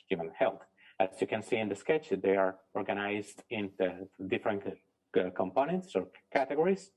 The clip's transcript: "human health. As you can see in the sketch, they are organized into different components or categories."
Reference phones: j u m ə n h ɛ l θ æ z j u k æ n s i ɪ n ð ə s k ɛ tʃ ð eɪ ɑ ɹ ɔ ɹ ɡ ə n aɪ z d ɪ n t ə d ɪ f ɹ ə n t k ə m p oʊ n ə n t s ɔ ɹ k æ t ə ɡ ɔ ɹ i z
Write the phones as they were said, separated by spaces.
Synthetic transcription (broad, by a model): j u m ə n h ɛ l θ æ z j u k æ n s i ɪ n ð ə s k ɛ tʃ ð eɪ ɑ ɹ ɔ ɹ ɡ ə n aɪ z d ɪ n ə d ɪ f ɹ ə n t k ə m p oʊ n ə n t s ɔ ɹ k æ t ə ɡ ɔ ɹ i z